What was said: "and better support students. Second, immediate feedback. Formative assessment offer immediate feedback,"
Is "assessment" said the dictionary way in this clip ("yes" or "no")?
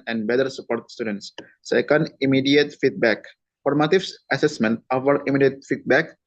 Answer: yes